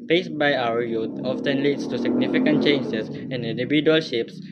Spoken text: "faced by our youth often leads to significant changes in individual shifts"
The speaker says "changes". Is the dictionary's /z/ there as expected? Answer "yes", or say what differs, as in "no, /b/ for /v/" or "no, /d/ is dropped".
no, /s/ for /z/